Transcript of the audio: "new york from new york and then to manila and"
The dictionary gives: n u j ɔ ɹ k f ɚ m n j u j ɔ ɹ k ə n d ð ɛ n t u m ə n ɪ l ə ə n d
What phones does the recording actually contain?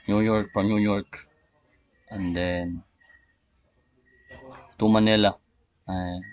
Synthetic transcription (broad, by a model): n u j ɔ ɹ k p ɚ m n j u j ɔ ɹ k ə n d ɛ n t u m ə n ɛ l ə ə